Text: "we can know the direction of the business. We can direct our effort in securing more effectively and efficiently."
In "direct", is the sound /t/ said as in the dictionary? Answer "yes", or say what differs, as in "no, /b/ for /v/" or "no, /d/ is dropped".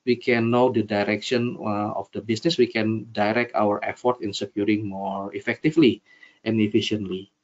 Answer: yes